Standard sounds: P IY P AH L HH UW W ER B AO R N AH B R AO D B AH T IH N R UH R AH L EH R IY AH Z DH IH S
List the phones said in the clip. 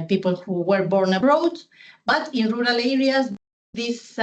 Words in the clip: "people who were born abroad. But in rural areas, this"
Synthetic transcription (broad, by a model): P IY P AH L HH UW W ER B AO R N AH R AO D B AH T IH N R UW R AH L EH R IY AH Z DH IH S